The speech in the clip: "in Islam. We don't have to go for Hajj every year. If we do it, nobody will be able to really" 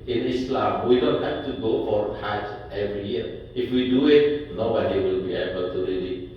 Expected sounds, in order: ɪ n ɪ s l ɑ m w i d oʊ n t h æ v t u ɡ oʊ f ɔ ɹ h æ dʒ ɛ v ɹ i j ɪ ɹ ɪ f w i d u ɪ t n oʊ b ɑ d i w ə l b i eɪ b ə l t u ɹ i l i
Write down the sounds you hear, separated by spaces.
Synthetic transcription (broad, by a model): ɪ n ɪ s l ɑ m w i d oʊ n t h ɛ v t u ɡ oʊ f ɔ ɹ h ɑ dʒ ɛ v ɹ i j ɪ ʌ ɪ f w i d u ɪ t n oʊ b ɑ d i w ə l b i eɪ b ə l t u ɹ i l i